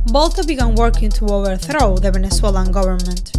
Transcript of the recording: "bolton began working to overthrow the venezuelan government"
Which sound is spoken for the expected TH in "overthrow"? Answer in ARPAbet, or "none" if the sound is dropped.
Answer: TH